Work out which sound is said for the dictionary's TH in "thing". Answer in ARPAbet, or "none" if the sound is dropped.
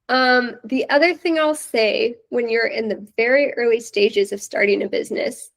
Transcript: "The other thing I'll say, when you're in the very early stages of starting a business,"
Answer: TH